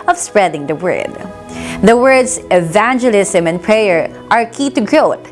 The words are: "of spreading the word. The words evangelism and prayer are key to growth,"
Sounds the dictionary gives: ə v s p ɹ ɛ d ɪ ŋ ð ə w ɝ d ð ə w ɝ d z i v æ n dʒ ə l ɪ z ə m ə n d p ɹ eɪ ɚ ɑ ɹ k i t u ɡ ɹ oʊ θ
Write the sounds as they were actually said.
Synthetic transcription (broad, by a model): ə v s p ɹ ɛ d ɪ ŋ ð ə w ɝ d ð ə w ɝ d s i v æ n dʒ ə l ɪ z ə m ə n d p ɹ eɪ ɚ ɑ ɹ k i t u ɡ ɹ oʊ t